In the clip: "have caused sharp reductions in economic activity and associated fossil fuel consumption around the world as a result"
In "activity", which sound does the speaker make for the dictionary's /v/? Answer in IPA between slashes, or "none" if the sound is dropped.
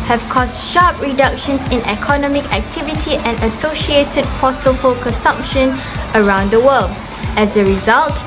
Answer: /v/